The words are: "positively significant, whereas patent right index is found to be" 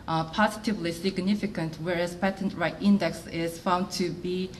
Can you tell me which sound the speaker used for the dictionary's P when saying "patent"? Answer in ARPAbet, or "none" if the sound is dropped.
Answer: P